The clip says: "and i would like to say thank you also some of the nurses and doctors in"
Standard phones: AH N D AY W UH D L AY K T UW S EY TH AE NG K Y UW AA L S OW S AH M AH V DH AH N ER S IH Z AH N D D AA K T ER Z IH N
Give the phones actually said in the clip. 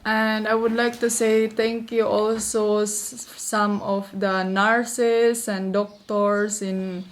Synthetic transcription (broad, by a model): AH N D AY W UH D L AY K T UW S EY T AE NG K Y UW AA L S OW S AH M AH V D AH N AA S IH S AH N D D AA K T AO S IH N